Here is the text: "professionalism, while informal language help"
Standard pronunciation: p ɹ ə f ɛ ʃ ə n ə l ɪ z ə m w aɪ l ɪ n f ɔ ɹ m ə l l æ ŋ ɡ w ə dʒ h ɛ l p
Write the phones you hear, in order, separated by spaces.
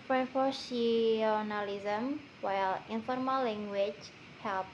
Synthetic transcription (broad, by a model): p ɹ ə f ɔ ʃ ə n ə l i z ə m w aɪ l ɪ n f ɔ ɹ m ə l l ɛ ŋ ɡ w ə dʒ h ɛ l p